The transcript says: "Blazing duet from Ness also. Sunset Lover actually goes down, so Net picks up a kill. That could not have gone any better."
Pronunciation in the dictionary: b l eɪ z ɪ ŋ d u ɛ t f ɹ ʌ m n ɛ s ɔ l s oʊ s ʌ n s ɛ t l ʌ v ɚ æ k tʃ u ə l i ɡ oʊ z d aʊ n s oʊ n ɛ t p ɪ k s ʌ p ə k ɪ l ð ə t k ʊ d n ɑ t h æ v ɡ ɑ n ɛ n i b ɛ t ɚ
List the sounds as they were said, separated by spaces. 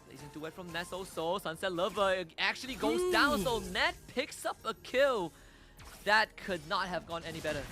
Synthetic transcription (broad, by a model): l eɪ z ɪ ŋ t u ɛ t f ɹ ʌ m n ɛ s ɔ s oʊ s ʌ n s ɛ t l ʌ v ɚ æ k tʃ u ə l i ɡ oʊ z d aʊ n s oʊ n ɛ t p ɪ k s ʌ p ə k ɪ l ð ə t k ʊ d n ɑ t h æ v ɡ ɑ n ɛ n i b ɛ t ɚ